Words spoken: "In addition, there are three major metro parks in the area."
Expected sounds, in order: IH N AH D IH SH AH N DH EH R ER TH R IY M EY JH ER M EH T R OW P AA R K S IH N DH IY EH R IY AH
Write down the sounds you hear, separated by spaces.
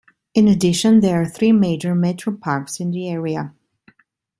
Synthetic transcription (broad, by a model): IH N AH D IH SH AH N DH EH R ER TH R IY M EY JH ER M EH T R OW P AA R K S IH N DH IY EH R IY AH